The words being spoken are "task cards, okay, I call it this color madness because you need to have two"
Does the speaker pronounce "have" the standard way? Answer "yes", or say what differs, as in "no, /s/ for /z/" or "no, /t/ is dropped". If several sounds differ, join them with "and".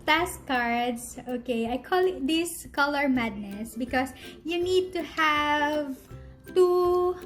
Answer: yes